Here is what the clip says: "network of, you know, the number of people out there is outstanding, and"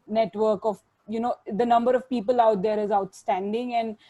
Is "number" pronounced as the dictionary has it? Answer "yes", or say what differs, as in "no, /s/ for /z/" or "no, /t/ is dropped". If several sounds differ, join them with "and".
yes